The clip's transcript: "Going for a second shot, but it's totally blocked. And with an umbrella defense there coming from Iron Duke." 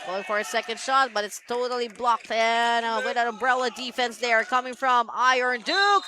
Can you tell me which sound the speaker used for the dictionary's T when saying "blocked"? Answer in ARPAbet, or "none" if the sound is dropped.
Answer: T